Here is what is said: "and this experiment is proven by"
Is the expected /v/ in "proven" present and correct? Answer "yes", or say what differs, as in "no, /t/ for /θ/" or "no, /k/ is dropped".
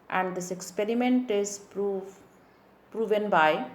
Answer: yes